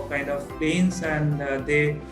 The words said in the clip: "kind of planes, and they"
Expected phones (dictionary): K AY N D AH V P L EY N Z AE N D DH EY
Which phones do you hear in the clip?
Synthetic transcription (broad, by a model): K AY N D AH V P EY N S AE N D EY